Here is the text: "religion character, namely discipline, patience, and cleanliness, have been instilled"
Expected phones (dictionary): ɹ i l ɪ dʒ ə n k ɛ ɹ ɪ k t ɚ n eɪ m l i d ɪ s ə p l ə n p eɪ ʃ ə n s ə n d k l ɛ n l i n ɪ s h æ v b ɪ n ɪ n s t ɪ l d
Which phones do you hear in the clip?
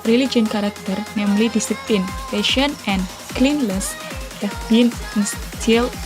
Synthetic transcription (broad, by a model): ɹ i l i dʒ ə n k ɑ ɹ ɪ k t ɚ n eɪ m l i d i s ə p l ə n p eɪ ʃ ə n ə n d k l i n l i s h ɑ f b ɪ n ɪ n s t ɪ l